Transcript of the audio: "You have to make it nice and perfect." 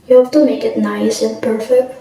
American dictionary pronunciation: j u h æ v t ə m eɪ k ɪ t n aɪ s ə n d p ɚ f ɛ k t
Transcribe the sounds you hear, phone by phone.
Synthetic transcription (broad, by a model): j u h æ f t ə m eɪ k ɪ t n aɪ s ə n p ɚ f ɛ k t